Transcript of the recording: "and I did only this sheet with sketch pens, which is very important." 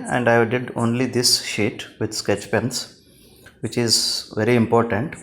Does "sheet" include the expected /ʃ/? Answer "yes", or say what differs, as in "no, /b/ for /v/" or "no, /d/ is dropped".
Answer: yes